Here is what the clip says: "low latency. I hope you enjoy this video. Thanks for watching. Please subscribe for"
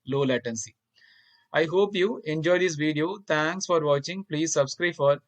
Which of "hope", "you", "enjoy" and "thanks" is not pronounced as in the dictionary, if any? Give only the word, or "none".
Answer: thanks